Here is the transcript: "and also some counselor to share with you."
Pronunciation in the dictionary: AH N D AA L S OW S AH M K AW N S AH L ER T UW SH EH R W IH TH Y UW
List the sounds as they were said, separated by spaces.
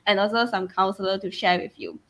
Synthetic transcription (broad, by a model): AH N AA L S OW S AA M K AW N S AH L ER T UW SH EH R W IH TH Y UW